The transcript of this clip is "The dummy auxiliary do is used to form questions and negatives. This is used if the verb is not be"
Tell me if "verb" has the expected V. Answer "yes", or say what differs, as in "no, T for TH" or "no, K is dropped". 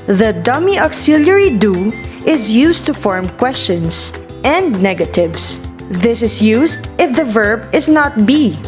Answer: yes